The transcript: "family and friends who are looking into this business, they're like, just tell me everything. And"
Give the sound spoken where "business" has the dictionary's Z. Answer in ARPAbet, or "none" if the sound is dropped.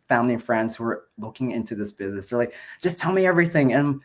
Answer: Z